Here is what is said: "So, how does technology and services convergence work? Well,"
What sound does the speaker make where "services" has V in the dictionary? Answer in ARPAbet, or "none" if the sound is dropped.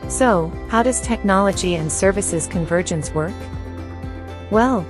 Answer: V